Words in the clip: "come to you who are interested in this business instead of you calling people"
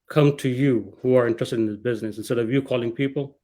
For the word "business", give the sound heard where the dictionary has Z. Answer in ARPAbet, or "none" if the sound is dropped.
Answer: Z